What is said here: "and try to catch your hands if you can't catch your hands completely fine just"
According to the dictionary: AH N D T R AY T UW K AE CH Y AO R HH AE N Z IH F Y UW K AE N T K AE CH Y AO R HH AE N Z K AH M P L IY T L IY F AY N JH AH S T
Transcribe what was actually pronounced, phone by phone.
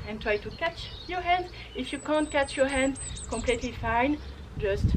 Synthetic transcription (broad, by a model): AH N T R AY T UW K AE CH Y AO R HH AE N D IH F Y UW K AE N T K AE CH Y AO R HH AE N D K AH M P L IY T L IY F AY N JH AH S T